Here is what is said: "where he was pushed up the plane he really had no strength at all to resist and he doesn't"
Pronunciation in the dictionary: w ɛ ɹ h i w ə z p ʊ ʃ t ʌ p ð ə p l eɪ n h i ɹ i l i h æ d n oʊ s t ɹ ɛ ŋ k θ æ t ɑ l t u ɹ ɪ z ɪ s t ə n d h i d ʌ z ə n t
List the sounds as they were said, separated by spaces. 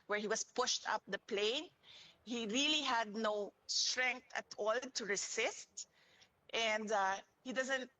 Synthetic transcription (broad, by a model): w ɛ ɹ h i w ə s p ʊ ʃ t ʌ p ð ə p l eɪ n h i ɹ i l i h æ d n oʊ s t ɹ ɛ ŋ k t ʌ t ɑ l t u ɹ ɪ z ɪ s t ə n d h i d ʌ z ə n t